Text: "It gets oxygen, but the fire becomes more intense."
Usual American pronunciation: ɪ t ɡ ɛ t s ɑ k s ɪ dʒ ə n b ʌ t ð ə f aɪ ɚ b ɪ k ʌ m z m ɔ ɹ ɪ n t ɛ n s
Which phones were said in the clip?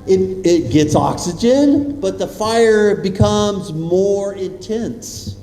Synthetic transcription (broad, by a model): ɪ t ɡ ɛ t s ɑ k s ɪ dʒ ə n b ʌ t ð ə f aɪ ɚ b ɪ k ʌ m z m ɔ ɹ ɪ n t ɛ n s